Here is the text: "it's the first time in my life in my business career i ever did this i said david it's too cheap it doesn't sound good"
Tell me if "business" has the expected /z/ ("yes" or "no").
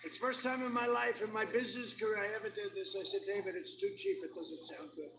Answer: yes